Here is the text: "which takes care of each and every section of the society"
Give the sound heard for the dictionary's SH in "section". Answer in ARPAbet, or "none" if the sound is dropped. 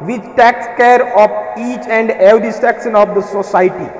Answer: S